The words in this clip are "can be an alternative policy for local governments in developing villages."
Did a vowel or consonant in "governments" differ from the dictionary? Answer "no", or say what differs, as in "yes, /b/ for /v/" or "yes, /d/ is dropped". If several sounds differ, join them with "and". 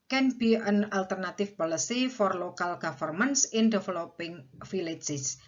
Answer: yes, /f/ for /v/